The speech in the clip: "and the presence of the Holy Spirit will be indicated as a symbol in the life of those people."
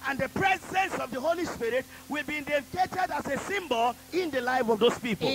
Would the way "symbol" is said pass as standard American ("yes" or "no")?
yes